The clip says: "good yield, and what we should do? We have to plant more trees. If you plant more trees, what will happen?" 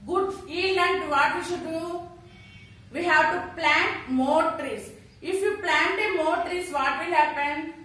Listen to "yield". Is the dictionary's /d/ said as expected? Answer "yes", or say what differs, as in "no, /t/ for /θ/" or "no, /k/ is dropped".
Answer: no, /d/ is dropped